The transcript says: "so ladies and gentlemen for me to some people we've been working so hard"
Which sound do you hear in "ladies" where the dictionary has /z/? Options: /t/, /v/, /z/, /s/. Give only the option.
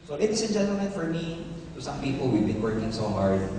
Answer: /s/